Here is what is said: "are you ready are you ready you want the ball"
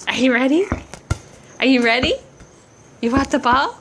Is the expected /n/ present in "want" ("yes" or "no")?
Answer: no